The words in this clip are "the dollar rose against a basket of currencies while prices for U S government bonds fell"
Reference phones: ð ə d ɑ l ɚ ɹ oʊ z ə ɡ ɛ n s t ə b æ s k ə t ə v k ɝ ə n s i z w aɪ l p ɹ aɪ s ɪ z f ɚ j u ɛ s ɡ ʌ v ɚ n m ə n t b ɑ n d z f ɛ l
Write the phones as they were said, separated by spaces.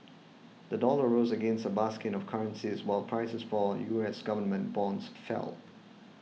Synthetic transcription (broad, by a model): ð ə d ɑ l ɚ ɹ oʊ z ə ɡ ɛ n s t ə b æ s k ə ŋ ə v k ɝ ə n s i z w aɪ l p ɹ aɪ s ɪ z f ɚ j u ɛ s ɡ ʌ v ɚ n m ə n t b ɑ n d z f ɛ l